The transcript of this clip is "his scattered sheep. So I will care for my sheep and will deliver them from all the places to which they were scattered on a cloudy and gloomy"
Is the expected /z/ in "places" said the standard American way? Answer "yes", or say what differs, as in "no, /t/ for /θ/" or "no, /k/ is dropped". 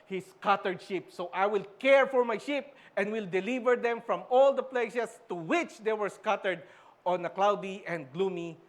no, /s/ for /z/